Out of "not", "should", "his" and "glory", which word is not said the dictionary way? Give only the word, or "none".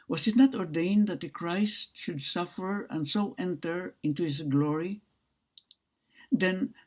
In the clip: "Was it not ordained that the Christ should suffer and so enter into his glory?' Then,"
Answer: his